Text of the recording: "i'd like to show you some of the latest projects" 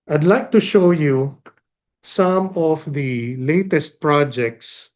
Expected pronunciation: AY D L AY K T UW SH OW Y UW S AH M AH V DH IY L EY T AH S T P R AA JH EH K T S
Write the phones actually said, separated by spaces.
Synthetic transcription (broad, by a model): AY D L AY K T UW SH OW Y UW S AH M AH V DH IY L EY T AH S T P R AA JH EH K T S